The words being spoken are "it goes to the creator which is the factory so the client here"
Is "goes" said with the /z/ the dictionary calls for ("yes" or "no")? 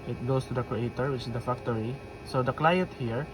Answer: no